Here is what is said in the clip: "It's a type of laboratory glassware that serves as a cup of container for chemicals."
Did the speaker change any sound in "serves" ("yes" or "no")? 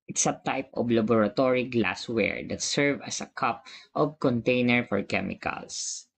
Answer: yes